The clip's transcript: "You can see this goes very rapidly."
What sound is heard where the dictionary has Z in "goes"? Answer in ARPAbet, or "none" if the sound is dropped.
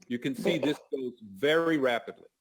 Z